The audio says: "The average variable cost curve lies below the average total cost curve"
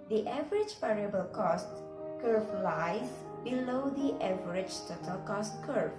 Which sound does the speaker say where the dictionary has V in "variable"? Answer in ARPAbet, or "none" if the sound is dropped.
P